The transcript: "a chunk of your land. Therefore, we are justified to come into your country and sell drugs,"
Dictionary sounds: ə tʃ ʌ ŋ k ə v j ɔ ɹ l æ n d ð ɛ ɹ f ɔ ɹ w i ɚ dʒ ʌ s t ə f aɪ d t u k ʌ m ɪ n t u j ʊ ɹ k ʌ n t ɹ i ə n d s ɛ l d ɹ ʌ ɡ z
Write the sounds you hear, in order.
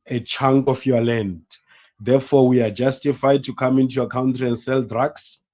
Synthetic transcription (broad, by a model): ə tʃ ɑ ŋ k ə f j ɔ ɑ l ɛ n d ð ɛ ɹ f ɔ w i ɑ dʒ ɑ s t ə f aɪ d t u k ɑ m ɪ n t u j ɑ k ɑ n t ɹ i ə n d s ɛ l d ɹ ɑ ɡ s